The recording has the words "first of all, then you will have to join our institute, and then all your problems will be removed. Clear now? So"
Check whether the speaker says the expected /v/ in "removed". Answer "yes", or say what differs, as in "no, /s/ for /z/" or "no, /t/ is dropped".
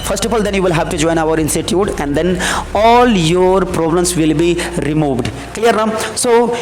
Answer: yes